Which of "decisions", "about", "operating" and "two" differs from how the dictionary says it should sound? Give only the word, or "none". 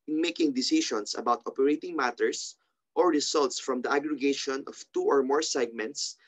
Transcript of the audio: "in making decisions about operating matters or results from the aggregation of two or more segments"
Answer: decisions